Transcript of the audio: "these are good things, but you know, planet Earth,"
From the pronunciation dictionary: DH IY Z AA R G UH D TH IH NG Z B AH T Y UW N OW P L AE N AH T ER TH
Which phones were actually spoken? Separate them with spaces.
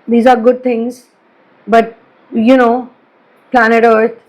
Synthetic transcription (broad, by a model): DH IY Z AA R G UH D T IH NG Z B AH T Y UW N OW P L AE N AH T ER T